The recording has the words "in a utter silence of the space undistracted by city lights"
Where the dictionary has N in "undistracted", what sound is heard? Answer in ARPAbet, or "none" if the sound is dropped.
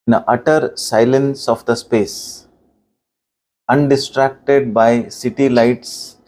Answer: N